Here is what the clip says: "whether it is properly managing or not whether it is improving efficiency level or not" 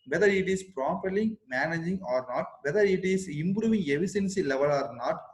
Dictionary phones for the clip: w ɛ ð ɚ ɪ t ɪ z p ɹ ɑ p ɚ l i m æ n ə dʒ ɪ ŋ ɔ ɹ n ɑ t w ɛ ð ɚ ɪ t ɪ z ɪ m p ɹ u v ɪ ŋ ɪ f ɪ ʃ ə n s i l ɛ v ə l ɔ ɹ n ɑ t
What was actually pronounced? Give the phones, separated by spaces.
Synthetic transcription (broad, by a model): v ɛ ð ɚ ɪ t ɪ s p ɹ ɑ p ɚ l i m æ n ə dʒ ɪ ŋ ɔ ɹ n ɑ t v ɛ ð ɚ ɪ t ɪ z ɪ m p ɹ u v ɪ ŋ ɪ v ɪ s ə n s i l ɛ v ə l ɔ ɹ n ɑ t